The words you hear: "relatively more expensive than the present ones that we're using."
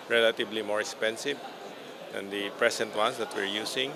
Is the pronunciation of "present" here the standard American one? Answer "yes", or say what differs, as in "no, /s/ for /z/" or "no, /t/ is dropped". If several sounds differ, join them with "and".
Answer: no, /s/ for /z/